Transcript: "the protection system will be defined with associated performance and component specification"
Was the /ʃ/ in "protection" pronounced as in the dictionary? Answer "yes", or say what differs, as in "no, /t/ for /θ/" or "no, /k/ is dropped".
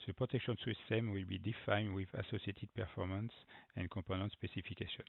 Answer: yes